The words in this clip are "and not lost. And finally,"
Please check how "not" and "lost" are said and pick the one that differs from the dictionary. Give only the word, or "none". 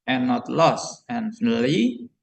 lost